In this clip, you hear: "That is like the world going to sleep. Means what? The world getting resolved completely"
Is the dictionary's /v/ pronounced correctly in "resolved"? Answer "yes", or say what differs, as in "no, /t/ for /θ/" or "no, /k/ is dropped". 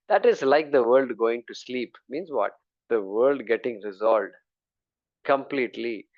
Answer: no, /v/ is dropped